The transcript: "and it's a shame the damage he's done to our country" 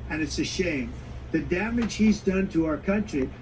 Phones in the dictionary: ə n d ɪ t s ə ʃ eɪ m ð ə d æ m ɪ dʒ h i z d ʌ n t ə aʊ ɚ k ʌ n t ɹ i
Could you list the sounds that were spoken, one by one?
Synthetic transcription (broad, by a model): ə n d ɪ t s ə ʃ eɪ m ð ə d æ m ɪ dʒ h i z d ʌ n t ə aʊ ɚ k ʌ n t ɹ i